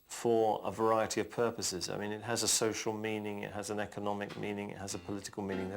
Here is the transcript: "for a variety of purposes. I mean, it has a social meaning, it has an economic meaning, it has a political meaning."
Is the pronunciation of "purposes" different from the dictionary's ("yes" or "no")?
no